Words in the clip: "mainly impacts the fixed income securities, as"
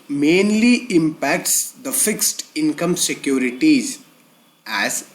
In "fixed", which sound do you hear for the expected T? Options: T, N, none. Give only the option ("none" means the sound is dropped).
T